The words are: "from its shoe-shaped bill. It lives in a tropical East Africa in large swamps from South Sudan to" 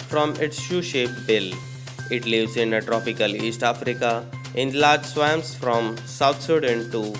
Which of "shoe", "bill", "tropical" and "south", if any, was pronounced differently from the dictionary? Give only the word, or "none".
south